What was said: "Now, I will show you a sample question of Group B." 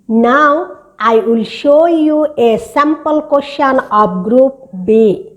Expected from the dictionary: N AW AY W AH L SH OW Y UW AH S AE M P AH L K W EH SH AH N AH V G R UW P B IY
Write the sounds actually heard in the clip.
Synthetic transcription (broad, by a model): N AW AY W AH L SH OW Y UW AH S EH M P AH L K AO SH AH N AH P G R UW P B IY